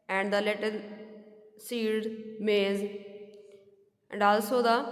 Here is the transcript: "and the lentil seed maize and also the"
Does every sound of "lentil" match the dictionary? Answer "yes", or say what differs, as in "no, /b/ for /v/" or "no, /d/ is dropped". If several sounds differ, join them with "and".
no, /n/ is dropped